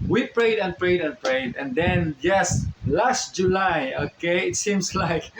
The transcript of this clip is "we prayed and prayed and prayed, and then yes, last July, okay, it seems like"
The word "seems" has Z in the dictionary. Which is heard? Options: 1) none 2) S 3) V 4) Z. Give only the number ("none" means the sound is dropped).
2